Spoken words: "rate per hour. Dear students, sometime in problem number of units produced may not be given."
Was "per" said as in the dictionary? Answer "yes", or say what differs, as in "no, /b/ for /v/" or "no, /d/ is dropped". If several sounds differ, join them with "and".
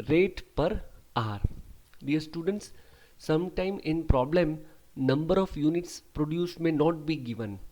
yes